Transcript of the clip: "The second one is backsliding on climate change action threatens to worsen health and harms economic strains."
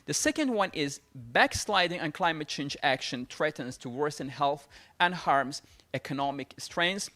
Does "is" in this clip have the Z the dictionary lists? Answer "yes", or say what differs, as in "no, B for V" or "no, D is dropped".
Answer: yes